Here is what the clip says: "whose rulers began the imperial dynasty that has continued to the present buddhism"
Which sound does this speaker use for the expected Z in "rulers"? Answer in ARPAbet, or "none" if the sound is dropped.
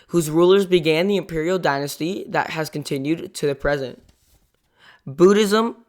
Z